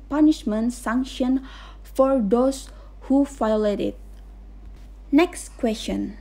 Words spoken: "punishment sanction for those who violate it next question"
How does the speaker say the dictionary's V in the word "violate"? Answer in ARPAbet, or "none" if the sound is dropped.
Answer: F